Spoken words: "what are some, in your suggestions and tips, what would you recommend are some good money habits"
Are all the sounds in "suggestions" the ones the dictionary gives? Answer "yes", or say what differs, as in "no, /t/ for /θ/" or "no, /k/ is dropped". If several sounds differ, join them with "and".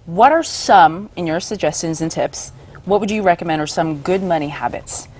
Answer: yes